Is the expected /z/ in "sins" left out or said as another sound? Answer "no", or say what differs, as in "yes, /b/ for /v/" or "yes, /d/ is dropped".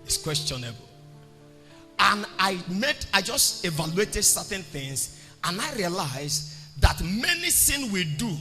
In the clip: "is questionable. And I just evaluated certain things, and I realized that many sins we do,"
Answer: yes, /z/ is dropped